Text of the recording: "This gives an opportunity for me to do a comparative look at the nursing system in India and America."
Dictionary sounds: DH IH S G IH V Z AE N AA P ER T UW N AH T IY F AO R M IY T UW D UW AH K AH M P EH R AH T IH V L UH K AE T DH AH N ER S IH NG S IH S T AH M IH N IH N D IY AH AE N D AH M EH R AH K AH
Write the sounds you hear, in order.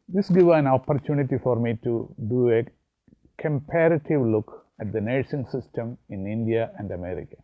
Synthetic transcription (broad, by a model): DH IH S G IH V AE N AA P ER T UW N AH T IY F AO R M IY T UW D UW AH K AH M P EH R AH T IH V L UH K AE T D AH N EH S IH NG S IH S T AH M IH N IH N D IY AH AE N D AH M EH R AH K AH